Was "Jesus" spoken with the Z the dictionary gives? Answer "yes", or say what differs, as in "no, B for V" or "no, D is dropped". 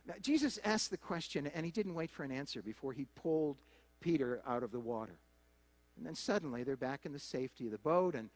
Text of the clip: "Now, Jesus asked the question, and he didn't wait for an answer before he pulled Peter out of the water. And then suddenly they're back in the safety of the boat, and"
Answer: yes